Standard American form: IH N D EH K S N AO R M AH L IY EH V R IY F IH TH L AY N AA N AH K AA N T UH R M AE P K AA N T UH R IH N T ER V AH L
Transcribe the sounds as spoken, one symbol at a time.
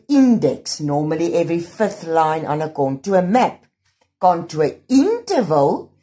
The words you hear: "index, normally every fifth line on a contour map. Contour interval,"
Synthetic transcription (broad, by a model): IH N D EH K S N AO M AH L IY EH V R IY F IH TH L AY N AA N AH K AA N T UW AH M AE P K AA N T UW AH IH N T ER V AH L